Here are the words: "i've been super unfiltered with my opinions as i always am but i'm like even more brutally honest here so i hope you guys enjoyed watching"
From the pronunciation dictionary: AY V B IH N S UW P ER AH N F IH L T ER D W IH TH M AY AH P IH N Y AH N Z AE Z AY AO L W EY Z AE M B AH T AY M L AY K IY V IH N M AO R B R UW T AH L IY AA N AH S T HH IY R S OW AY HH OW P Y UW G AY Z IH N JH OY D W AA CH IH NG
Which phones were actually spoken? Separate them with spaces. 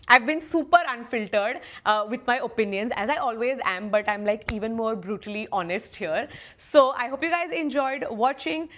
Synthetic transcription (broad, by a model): AY V B IH N S UW P ER AH N F IH L T ER D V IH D M AY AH P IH N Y AH N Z AE Z AY AO L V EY Z AE M B AH T AY M L AY K IY V IH N M AO R B R UW T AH L IY AA N AH S T HH IY R S OW AY HH OW P Y UW G AY Z IH N JH OY D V AA CH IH NG